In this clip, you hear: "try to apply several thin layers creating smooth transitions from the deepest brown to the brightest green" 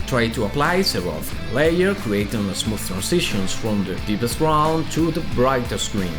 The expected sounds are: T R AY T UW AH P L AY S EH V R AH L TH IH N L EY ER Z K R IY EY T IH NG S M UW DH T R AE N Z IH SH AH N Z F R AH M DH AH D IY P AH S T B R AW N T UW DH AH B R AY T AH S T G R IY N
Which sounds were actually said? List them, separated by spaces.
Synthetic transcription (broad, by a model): T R AY T UW AH P L AY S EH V AH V L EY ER K R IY EY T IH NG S M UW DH T R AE N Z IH SH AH N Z F R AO M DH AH D IY P AH S T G R AW N T UW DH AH B R AY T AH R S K R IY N